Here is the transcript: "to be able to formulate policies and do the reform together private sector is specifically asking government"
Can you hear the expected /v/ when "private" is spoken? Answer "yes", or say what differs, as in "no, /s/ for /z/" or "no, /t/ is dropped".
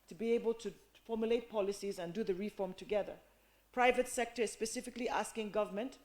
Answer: yes